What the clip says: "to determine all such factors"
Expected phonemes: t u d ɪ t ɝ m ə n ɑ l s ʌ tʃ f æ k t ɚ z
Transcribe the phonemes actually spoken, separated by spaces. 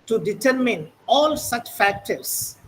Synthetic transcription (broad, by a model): t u d ɪ t ɝ m ə n ɑ l s ʌ tʃ f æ k t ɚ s